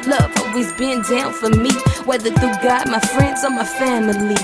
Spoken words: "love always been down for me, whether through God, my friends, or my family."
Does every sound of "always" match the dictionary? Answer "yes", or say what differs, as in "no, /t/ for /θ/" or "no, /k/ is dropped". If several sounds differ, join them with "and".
no, /l/ is dropped